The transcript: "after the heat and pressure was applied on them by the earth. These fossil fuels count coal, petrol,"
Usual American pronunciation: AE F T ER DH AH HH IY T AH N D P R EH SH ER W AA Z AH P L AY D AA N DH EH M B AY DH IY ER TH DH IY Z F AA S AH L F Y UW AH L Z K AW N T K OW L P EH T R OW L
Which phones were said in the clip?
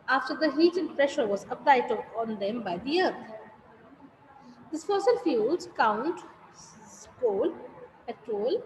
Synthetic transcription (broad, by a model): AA F T ER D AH HH IY T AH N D P R EH SH ER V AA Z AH P L AY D AA N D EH M B AY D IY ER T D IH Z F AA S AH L F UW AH L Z K AW N T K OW L P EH T R OW L